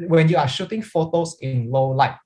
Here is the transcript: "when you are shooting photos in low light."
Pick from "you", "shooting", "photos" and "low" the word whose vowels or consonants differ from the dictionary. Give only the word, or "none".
photos